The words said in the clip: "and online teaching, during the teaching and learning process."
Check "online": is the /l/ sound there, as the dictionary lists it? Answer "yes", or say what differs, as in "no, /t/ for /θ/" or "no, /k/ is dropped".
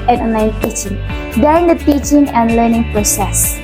no, /l/ is dropped